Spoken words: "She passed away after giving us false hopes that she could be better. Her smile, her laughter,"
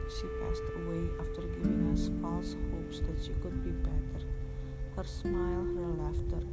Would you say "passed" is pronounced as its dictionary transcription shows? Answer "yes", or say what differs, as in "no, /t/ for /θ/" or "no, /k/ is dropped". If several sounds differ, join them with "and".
yes